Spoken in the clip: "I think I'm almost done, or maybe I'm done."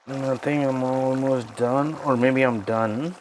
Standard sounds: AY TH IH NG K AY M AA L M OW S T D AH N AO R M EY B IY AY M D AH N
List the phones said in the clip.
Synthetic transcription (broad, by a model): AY T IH NG AY M AA L M OW S T D AH N AO R M EY B IY AY M D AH N